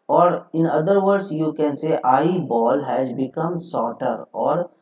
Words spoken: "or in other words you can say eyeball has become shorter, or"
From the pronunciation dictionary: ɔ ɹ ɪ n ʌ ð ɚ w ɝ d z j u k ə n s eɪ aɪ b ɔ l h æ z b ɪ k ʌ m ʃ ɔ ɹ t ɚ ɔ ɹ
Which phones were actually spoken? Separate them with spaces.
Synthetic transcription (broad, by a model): ɔ ɹ ɪ n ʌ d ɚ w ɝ d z j u k ə n s eɪ aɪ b ɔ l h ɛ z b ɪ k ʌ m s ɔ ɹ t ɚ ɔ ɹ